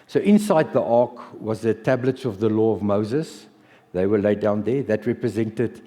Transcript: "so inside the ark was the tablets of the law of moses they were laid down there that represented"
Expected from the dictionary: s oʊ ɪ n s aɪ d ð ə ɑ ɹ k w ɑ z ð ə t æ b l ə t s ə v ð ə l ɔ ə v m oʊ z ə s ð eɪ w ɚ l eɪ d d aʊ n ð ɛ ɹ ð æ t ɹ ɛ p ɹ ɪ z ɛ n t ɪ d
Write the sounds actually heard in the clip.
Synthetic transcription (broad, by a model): s oʊ ɪ n s aɪ d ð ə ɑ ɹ k w ɑ z ð ə t æ b l ə t s ə v ð ə l ɔ ə v m oʊ z ə s ð eɪ w ɚ l eɪ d d aʊ n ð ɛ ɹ ð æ t ɹ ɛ p ɹ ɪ z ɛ n t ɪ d